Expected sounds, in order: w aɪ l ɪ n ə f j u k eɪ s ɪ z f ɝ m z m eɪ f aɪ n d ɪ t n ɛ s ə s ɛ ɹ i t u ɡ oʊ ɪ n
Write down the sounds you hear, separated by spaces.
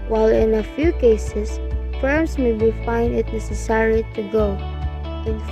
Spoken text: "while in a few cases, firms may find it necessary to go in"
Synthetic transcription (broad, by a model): w aɪ l ɪ n ə f j u k eɪ s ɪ s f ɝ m s m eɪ f aɪ n d ɪ t n ɛ s ə s ɛ ɹ i t u ɡ oʊ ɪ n